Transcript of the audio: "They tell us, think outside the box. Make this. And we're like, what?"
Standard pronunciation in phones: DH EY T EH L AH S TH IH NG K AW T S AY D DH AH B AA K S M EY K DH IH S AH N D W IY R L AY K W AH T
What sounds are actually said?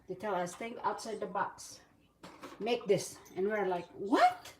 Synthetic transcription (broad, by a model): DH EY T EH L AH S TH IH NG AW T S AY D DH AH B AA K S M EY K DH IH S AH N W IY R L AY K W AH T